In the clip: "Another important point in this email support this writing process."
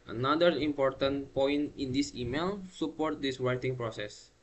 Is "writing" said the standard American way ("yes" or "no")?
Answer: no